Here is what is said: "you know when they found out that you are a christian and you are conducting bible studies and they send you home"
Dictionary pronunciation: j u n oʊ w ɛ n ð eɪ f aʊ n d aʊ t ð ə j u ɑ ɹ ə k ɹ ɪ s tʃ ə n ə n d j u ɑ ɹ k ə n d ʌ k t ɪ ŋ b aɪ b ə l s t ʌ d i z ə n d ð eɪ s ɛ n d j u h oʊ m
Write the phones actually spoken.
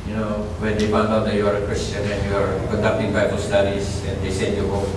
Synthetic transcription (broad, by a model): j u n oʊ w ɛ n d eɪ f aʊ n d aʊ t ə j u ɑ ɹ ə k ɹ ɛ s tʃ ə n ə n j u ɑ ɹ k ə n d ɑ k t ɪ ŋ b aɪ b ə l s t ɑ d i s ə n d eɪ s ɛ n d j u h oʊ